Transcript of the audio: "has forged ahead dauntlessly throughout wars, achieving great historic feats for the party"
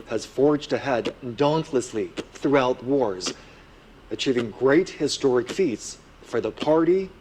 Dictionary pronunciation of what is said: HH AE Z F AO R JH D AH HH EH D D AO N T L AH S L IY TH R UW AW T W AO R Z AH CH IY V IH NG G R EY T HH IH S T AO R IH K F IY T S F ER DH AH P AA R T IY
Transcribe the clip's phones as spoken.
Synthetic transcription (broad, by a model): HH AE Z F AO R JH D AH HH EH D D AO N T L AH S L IY TH R UW AW T W AO R Z AH CH IY V IH NG G R EY T HH IH S T AO R IH K F IY T S F ER DH AH P AA R T IY